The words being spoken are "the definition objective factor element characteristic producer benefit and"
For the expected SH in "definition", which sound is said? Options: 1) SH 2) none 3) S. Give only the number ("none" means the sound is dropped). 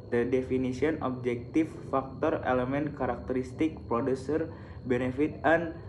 3